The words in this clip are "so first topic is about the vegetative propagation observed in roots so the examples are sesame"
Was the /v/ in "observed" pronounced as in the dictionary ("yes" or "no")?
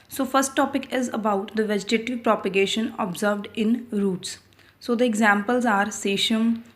yes